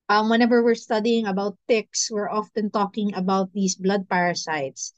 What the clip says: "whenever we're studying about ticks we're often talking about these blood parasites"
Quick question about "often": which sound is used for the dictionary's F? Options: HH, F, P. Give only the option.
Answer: F